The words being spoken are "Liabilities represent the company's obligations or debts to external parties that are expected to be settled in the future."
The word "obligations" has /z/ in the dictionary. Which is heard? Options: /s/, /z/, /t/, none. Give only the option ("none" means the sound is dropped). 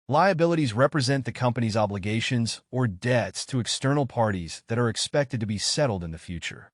/z/